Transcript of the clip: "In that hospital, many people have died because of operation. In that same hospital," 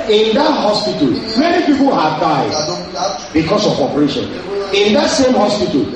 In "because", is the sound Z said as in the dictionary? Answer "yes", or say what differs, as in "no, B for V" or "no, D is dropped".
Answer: no, S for Z